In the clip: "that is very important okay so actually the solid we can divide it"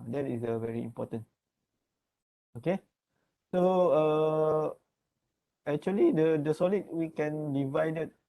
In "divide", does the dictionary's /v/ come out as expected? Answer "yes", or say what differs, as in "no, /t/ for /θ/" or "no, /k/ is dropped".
yes